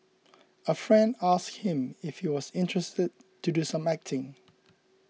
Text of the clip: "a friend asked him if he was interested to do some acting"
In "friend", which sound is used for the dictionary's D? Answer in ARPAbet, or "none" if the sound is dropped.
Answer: D